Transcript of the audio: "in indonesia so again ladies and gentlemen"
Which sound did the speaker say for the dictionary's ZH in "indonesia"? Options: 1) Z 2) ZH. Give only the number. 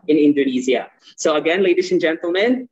1